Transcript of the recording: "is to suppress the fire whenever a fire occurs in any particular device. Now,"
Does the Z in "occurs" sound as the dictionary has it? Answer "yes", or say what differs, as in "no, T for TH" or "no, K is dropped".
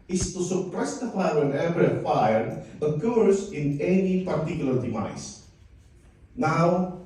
no, S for Z